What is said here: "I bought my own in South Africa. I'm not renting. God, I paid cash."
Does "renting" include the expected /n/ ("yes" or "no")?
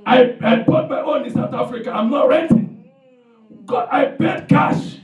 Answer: no